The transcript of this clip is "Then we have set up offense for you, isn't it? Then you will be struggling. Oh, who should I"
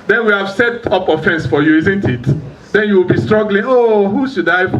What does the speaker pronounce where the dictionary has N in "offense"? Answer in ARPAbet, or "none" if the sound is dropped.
N